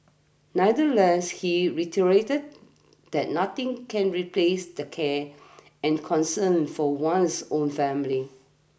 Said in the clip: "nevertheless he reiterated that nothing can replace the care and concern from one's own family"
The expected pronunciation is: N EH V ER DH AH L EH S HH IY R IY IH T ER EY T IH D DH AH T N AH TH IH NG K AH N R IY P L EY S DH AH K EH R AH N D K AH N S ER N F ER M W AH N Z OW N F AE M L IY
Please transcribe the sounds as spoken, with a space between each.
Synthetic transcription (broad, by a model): N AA IH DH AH L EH S HH IY R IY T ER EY T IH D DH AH T N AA T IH NG K AH N R IY P L EY S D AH K EH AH N K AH N S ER N F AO W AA N S OW N F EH M L IY